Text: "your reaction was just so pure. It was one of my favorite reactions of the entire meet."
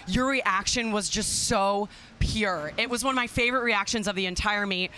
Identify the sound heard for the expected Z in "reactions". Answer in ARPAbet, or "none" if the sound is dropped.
Z